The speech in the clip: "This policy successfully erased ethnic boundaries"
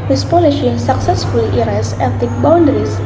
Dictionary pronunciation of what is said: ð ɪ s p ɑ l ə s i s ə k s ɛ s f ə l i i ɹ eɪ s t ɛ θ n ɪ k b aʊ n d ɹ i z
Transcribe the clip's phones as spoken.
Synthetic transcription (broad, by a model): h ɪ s p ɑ l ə ʃ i s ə k s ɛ s f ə l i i ɹ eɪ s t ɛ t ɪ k b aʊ n d ɹ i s